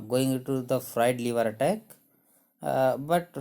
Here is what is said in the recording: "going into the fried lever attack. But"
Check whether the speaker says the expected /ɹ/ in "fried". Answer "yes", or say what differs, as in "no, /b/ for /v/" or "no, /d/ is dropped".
yes